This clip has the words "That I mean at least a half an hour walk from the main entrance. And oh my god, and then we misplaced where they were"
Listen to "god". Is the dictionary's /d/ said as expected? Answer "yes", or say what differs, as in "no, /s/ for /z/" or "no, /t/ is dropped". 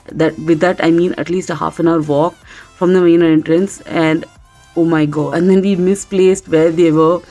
no, /d/ is dropped